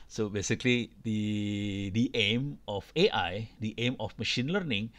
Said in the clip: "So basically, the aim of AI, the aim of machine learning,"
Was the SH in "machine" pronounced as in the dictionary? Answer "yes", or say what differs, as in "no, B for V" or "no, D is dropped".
yes